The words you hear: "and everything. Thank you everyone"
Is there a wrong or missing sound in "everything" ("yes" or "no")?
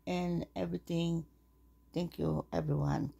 yes